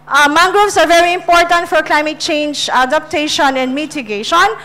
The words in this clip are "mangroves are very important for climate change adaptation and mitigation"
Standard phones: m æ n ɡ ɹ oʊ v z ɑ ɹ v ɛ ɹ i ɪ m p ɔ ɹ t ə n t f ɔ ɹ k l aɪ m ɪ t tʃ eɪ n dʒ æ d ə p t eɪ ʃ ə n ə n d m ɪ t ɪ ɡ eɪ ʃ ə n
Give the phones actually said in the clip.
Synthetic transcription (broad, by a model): m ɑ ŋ ɡ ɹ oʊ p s ɑ ɹ v ɛ ɹ i ɪ m p ɔ ɹ t ə n t f ɔ ɹ k l aɪ m ɪ t tʃ eɪ n dʒ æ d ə p t eɪ ʃ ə n ə n d m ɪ t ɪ ɡ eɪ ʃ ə n